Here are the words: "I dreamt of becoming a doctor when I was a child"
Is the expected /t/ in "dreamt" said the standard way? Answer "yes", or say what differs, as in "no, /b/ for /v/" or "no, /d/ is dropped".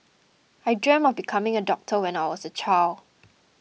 no, /t/ is dropped